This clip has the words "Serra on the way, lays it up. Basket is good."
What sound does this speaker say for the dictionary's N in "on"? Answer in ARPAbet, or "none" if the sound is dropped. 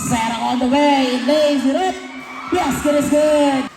L